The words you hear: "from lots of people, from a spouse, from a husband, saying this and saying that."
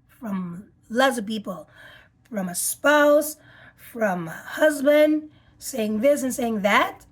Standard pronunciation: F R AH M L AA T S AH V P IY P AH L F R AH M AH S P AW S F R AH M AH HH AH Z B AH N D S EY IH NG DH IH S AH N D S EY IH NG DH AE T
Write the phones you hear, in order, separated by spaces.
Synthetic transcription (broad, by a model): F R AH M L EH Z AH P IY P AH L F R AH M AH S P AW S F R AH M AH HH AH Z B AH N D S EY IH NG DH IH S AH N S EY IH NG DH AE T